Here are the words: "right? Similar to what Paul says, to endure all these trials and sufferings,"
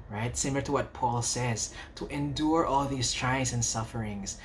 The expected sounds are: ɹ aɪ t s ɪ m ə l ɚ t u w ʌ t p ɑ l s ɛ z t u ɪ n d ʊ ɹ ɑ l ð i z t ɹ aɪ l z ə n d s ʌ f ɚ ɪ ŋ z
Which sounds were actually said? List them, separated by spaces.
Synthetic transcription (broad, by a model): ɹ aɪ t s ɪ m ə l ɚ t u w ʌ t p ɑ l s ɛ z t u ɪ n d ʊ ɹ ɑ l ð i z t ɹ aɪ z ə n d s ʌ f ɚ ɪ ŋ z